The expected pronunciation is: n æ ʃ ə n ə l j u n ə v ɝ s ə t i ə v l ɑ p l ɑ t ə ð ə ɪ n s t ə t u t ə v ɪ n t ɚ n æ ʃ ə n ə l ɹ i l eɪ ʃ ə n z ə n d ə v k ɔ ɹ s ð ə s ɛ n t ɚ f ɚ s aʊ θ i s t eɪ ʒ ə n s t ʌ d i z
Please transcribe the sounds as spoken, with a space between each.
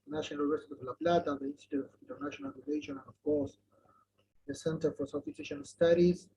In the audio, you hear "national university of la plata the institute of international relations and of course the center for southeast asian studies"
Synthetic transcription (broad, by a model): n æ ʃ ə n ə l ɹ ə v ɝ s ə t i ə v l ɑ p l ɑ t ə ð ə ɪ n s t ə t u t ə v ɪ n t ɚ n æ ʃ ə n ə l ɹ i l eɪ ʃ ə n ə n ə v k ɔ ɹ s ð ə s ɛ n t ɚ f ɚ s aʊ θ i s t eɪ ʃ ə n s t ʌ d i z